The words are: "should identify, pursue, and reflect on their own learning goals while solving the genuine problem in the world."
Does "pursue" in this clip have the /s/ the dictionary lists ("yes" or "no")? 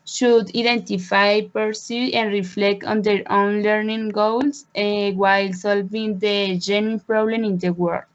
yes